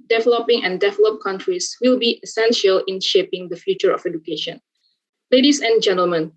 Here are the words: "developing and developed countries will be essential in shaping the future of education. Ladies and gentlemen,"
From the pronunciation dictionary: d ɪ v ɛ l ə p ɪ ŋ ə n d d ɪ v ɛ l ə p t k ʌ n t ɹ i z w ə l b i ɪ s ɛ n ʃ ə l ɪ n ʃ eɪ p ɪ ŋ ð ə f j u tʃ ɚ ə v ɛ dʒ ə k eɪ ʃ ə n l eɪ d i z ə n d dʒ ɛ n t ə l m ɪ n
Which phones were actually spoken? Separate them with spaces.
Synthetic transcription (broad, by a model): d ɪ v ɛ l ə p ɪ ŋ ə n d d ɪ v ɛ l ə p k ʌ n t ɹ i s w ə l b i ɪ s ɛ n ʃ ə l ɪ n ʃ eɪ p ɪ ŋ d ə f j u tʃ ɚ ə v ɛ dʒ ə k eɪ ʃ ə n l eɪ d i s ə n dʒ ɛ n t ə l m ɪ n